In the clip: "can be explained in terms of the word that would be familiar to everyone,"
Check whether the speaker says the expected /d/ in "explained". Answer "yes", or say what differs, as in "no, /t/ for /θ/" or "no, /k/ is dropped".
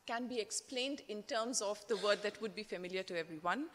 yes